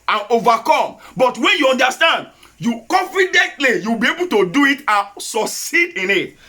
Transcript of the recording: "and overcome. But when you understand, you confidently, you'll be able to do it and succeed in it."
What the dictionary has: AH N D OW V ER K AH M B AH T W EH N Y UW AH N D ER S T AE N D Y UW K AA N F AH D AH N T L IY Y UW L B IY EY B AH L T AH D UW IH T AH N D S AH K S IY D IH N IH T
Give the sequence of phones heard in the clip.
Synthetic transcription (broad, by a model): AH N OW V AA K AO M B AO T W EH N Y UW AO N D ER S T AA N D Y UW K AA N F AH D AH N T L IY Y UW W B IY EY B AH L T AH D UW IH T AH N S AH K S IY D IH N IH T